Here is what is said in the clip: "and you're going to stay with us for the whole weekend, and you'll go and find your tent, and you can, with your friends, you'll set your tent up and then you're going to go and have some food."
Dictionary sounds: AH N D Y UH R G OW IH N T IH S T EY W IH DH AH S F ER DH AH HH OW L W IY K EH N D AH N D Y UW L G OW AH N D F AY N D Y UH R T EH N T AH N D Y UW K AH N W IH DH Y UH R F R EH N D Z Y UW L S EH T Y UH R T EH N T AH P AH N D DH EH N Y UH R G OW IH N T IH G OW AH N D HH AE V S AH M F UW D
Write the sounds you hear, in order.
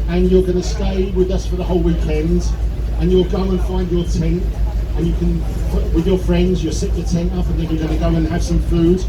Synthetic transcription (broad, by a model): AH N Y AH R G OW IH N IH S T EY W IH DH AH S F ER DH AH HH OW L W IY K EH N D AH N Y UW L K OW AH N F AY N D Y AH R T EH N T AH N Y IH K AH N W IH DH Y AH R F R EH N D Z Y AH S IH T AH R T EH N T AH P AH N DH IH N Y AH R G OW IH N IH G OW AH N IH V S AH M F UW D